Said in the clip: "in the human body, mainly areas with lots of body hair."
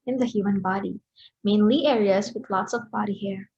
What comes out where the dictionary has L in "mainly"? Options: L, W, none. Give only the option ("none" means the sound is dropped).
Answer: L